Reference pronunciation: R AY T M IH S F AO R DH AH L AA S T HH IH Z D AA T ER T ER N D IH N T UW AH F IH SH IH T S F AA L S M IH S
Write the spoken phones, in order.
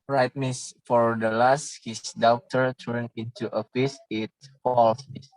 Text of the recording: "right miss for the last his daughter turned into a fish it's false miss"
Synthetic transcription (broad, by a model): R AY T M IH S F AO R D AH L AA S T HH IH S D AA T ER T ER N IH N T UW AH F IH S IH T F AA L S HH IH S